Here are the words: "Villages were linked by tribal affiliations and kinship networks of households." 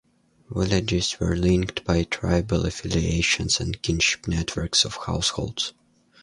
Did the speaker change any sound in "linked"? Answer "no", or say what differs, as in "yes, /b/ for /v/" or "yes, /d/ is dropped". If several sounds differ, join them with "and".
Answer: no